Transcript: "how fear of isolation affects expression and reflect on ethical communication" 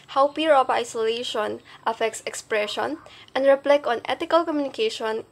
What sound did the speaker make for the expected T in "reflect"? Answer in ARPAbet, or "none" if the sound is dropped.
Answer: none